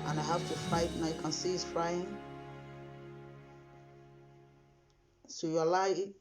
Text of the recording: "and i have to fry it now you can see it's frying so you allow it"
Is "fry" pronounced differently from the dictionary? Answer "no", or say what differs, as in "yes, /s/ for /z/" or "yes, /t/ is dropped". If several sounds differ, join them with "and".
yes, /ɹ/ is dropped